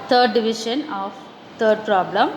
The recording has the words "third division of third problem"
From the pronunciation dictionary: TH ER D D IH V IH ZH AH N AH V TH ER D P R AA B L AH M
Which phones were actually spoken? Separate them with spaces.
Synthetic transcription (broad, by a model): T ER D D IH V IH SH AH N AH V T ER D P R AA B L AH M